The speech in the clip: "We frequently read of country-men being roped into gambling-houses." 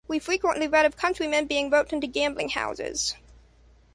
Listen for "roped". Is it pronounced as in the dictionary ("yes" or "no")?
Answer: no